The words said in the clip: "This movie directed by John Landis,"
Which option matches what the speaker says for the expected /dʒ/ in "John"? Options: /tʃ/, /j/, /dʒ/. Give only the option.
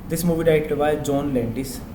/dʒ/